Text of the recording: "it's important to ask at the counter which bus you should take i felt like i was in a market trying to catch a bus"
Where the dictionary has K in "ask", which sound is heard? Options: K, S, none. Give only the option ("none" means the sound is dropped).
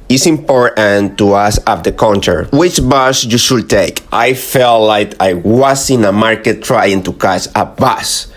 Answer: none